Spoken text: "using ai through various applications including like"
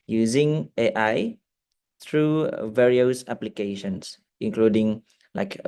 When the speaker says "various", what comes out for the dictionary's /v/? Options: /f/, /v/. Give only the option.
/v/